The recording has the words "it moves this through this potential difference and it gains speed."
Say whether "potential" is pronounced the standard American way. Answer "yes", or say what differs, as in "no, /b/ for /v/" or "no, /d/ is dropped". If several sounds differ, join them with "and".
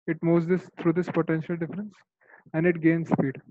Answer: yes